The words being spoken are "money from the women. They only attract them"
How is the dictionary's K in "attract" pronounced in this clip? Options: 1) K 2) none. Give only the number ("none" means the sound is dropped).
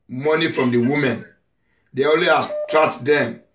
2